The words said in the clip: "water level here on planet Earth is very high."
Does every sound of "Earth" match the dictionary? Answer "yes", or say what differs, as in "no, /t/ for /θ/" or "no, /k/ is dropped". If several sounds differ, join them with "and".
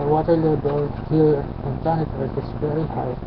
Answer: no, /t/ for /θ/